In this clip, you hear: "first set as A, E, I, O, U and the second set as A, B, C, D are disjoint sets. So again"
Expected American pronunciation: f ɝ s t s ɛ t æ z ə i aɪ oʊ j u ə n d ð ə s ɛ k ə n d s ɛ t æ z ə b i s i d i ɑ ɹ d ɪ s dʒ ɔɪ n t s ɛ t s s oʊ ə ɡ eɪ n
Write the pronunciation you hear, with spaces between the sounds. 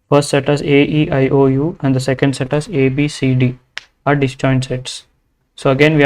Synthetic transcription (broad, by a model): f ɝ s t s ɛ t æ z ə i aɪ oʊ j u ə n d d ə s ɛ k ə n d s ɛ t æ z ə b i s i d i ɑ ɹ d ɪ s tʃ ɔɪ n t s ɛ t s s oʊ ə ɡ eɪ n